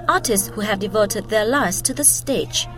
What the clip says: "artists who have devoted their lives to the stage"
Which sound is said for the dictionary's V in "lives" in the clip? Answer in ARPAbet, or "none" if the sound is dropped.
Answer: none